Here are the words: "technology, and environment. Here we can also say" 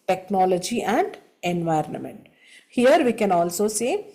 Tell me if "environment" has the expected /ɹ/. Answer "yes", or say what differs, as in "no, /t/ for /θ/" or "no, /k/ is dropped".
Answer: yes